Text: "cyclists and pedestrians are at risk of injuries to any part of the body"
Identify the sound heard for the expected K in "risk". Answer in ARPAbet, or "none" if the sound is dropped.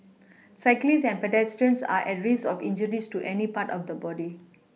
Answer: none